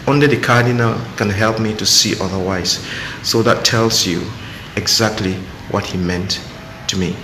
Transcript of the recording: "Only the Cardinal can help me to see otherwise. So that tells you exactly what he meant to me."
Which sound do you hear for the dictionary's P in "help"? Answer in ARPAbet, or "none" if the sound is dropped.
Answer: P